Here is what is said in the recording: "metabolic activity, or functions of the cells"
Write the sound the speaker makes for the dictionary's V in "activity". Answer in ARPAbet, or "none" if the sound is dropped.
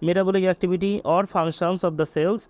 B